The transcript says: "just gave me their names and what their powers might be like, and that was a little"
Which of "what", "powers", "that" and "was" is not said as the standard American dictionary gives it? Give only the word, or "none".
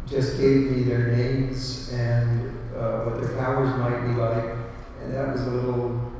none